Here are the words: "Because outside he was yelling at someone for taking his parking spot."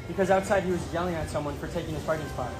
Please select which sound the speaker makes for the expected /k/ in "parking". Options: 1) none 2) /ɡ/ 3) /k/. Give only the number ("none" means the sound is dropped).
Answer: 1